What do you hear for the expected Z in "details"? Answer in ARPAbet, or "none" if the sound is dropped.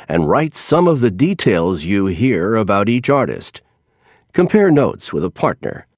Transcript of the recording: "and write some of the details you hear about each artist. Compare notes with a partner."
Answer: Z